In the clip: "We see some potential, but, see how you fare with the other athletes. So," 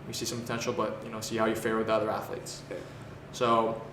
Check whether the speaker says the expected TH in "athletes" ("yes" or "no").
yes